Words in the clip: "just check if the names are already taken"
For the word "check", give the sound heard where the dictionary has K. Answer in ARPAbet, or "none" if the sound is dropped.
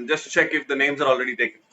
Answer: K